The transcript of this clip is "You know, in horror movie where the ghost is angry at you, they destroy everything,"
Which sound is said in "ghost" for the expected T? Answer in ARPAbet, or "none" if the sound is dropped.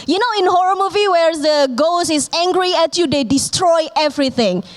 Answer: none